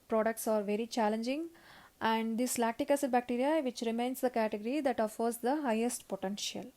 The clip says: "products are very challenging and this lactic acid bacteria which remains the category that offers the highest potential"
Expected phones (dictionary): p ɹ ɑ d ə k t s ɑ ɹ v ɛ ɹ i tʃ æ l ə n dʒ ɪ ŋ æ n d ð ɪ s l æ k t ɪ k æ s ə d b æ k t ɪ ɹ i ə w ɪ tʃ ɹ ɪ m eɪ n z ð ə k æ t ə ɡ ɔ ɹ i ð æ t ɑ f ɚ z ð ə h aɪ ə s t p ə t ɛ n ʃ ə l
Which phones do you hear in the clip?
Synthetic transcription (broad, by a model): p ɹ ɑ d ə k t s ɑ ɹ v ɛ ɹ i tʃ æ l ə n dʒ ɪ ŋ æ n d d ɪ s l æ k t ɪ k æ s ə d b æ k t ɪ ɹ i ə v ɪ tʃ ɹ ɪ m eɪ n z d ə k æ t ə ɡ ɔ ɹ i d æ t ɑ f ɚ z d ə h aɪ ə s t p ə t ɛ n ʃ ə l